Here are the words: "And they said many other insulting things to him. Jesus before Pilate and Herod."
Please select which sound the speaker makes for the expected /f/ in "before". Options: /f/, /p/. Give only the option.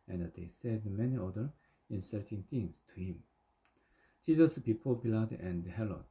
/p/